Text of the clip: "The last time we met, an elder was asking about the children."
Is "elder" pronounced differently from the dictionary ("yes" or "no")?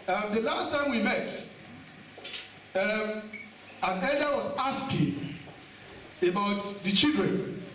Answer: yes